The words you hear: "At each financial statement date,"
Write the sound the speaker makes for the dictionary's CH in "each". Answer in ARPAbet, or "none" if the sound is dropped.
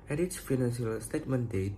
S